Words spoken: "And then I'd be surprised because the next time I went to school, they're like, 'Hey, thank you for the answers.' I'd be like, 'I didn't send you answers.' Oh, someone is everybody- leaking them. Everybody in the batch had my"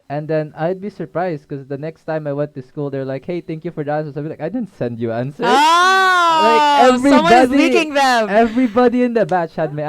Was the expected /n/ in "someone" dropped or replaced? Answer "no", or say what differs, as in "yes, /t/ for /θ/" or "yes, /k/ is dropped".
yes, /n/ is dropped